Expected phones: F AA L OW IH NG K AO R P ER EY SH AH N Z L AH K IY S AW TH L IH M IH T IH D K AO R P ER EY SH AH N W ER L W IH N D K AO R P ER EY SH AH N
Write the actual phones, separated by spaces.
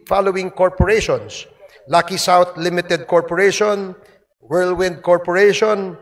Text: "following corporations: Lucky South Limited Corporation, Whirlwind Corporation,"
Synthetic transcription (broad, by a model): F AA L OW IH NG K AO R P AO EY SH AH N S L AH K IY S AW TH L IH M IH T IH D K AO R P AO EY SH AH N W ER L W IH N D K AO R P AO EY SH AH N